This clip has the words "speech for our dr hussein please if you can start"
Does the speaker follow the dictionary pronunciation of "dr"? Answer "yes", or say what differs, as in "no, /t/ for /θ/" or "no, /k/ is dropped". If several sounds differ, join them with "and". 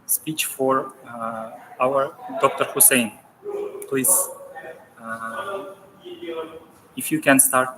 yes